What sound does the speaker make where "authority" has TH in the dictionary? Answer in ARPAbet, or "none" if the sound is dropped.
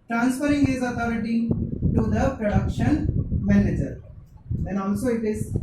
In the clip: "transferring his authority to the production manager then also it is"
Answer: T